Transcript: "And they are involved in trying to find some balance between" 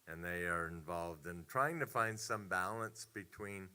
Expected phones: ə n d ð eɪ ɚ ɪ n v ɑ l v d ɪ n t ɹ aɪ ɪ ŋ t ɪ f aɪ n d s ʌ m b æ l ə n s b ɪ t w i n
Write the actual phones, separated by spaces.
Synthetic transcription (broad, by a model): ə n ð eɪ ɚ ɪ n v ɑ l v d ɪ n t ɹ aɪ ɪ ŋ t ɪ f aɪ n d s ʌ m b æ l ə n s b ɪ t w i n